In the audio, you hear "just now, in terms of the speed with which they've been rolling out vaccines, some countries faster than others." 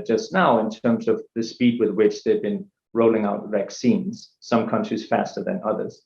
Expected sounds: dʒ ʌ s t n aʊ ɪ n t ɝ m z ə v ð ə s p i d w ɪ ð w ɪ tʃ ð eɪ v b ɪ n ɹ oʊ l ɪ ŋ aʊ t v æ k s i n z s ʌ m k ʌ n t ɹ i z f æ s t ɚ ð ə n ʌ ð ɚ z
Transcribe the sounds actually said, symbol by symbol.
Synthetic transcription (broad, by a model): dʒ ʌ s t n aʊ ɪ n t ɝ m z ə v ð ə s p i d w ɪ ð w ɪ tʃ ð eɪ v b ɪ n ɹ oʊ l ɪ ŋ aʊ t v æ k s i n z s ʌ m k ʌ n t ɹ i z f æ s t ɚ ð ə n ʌ ð ɚ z